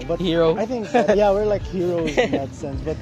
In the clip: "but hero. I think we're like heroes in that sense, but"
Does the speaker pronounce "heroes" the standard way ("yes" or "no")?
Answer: no